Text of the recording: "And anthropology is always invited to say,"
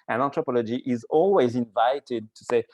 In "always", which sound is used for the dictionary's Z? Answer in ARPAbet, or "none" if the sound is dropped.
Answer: Z